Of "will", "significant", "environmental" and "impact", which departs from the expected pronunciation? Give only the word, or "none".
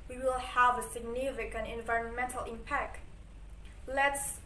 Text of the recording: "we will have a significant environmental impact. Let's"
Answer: significant